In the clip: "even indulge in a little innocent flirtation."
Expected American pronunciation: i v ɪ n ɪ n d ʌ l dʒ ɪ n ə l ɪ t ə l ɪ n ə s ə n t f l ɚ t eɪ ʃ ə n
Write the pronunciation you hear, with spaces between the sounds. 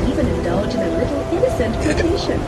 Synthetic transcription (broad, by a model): i v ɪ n ɪ n d ʌ l dʒ ɪ n ə l ɪ t l ɪ n ə s ə n t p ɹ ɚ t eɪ ʃ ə n